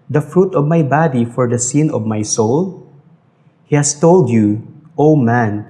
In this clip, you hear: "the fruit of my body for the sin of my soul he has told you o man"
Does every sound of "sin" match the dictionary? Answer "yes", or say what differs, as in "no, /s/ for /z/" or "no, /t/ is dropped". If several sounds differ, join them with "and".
yes